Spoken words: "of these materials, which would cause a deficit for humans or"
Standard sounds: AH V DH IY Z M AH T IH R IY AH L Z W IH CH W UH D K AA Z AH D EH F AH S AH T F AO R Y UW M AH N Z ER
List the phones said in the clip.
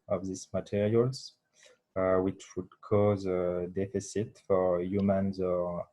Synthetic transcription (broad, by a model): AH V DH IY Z M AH T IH R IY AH L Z W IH CH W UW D K AA Z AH D EH F AH S AH T F AO R Y UW M AH N Z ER